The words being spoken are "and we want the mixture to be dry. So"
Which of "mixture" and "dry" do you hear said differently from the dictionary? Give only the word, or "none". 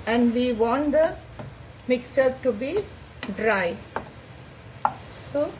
none